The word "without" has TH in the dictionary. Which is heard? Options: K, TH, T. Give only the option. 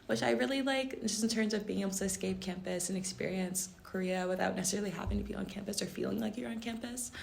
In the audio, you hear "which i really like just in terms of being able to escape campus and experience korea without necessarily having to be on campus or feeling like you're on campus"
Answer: TH